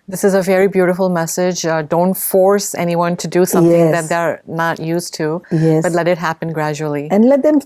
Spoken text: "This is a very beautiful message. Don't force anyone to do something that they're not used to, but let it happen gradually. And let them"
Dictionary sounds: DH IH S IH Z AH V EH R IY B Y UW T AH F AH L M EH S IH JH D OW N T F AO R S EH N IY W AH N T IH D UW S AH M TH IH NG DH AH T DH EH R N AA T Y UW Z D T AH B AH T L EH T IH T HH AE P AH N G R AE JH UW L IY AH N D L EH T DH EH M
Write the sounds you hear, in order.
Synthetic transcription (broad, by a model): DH IH S IH Z AH V EH R IY B Y UW T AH F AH L M EH S IH JH D OW N T F AO R S EH N IY W AH N T IH D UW S AH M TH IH NG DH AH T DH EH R N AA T Y UW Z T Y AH B AH T L EH T IH T HH AE P AH N G R AE JH UW L IY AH N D L EH T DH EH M